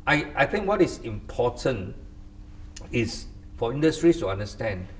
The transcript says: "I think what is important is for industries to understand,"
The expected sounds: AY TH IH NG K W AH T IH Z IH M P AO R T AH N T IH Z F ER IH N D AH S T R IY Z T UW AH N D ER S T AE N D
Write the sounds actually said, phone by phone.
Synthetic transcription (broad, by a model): AY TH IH NG K W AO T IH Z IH M P AO T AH N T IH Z F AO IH N D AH S T R IY S T UW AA N D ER S T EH N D